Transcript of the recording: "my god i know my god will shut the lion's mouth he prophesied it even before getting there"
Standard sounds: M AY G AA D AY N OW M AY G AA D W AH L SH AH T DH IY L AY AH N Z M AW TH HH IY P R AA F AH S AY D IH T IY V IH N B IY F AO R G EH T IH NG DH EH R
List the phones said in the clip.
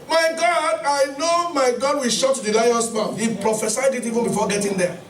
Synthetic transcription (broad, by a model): M AY G AA D AY N OW M AY G AA D W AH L SH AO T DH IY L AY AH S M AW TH HH IY P R AA F AH S AY D IH T IY V IH N B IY F AO G EH T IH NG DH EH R